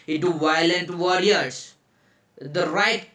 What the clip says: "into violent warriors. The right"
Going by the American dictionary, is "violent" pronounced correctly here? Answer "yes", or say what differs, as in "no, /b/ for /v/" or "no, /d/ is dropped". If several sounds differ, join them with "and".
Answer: yes